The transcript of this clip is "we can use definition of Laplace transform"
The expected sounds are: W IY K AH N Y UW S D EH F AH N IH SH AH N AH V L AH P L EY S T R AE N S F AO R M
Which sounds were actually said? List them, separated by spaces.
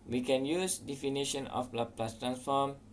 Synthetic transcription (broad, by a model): W IY K AH N Y UW S D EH F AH N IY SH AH N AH P L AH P L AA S T R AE N S F AO M